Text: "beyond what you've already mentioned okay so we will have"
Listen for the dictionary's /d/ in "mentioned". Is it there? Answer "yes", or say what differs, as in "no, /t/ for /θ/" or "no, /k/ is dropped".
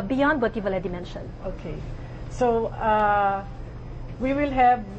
no, /d/ is dropped